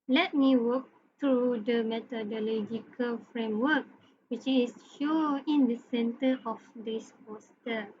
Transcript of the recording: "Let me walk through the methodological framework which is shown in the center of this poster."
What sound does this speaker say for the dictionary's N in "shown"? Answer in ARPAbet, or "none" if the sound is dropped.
none